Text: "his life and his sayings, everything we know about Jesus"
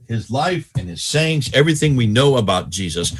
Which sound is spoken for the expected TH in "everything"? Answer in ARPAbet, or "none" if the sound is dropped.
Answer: TH